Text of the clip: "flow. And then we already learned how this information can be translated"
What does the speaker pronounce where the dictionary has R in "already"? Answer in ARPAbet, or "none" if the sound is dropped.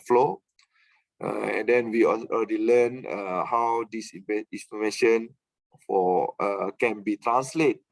none